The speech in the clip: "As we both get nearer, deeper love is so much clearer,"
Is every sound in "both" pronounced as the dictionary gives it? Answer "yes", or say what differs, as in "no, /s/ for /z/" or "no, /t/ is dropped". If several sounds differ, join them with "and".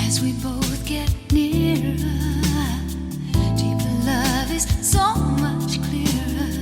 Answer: yes